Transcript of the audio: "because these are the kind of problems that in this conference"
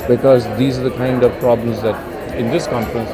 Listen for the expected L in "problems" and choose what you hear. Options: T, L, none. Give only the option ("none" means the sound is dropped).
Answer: L